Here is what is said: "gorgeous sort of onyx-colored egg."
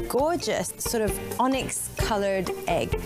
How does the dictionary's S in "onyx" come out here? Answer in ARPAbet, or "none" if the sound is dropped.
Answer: S